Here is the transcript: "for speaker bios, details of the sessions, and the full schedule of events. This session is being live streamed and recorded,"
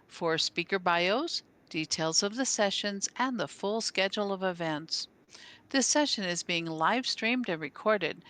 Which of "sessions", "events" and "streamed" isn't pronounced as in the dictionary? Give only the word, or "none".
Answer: none